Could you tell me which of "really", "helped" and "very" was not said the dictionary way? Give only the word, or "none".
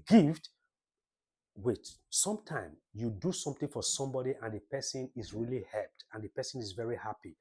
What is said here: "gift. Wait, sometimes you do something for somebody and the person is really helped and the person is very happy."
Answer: none